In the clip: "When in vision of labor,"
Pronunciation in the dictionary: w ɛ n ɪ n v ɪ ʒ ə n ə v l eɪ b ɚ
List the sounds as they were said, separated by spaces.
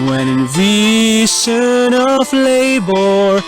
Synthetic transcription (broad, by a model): w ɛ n ɪ n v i s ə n ə v l eɪ b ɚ